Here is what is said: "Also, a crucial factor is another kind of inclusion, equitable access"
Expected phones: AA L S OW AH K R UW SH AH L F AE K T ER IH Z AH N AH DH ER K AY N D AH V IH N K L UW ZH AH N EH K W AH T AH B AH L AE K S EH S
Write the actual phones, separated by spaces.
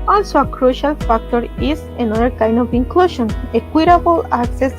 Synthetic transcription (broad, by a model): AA L S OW AH K R UW SH AH L F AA K T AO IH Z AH N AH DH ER K AY N D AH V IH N K L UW SH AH N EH K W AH T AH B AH L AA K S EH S